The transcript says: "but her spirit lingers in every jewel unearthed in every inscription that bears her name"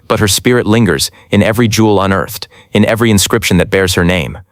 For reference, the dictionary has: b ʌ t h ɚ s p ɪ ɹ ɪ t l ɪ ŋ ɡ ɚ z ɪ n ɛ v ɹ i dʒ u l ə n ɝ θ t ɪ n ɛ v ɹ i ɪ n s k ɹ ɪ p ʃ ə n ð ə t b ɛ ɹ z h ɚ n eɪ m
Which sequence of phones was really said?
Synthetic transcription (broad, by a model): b ʌ t h ɚ s p ɪ ɹ ɪ t l ɪ ŋ ɡ ɚ z ɪ n ɛ v ɹ i dʒ u l ə n ɝ θ t ɪ n ɛ v ɹ i ɪ n s k ɹ ɪ p ʃ ə n ð ə t b ɛ ɹ z h ɚ n eɪ m